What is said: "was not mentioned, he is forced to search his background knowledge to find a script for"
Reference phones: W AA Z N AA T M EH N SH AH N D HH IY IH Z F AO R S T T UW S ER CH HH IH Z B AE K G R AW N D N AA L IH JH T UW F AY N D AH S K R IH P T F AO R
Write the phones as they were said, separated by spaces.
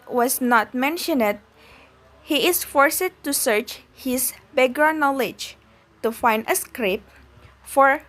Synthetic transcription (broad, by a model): W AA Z N AA T M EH N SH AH N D HH IY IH S F AO R S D T UW S ER CH HH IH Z B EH G AH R N AA L IH JH T UW F AY N D AH S K R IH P F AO R